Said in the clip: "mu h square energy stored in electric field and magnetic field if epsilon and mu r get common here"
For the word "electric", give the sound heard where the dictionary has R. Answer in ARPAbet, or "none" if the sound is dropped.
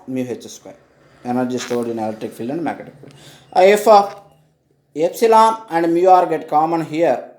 none